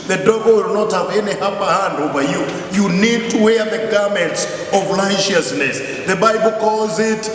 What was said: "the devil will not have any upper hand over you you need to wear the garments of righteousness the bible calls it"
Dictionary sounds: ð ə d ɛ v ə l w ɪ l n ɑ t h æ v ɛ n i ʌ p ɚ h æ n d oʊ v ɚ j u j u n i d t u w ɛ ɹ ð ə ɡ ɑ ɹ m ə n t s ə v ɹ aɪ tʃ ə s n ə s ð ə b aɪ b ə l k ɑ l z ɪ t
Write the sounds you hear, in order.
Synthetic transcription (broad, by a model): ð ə d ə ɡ w ɪ l n ɑ t h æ v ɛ n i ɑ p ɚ h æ n d oʊ v ɚ j u j u n i d t u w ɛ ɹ ð ə ɡ ɑ ɹ m ə n t s ə v l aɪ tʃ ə s n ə s ð ə b aɪ b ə l k ɑ l z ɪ t